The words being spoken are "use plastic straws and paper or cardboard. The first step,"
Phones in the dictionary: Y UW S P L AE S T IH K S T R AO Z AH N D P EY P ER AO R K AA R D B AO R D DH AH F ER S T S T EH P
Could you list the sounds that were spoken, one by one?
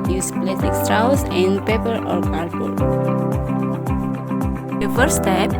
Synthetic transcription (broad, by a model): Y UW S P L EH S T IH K S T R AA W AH N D P EY P ER AO R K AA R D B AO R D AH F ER T S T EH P